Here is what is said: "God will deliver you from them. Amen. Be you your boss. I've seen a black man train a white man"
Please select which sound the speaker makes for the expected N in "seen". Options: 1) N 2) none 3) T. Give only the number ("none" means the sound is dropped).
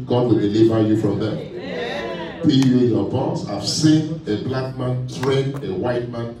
1